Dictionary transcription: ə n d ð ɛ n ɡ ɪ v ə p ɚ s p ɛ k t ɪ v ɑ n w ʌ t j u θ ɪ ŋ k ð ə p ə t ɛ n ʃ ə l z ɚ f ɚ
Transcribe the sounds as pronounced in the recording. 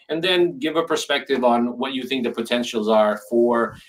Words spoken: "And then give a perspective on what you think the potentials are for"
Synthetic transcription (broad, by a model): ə n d ð ɛ n ɡ ɪ v ə p ɚ s p ɛ k t ɪ v n w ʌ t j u θ ɪ ŋ k ð ə p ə t ɛ n ʃ l z ɚ f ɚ